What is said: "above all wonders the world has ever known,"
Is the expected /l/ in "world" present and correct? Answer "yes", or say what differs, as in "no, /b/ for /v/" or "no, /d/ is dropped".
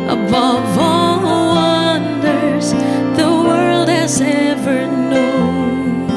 yes